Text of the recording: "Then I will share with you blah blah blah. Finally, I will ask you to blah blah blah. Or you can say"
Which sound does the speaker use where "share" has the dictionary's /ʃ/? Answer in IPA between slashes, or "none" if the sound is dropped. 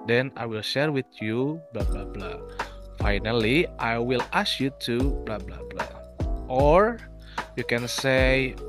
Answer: /ʃ/